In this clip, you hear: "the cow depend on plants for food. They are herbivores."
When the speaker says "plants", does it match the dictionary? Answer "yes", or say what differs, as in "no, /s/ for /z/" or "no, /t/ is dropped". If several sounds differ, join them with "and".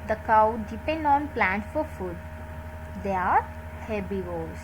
no, /s/ is dropped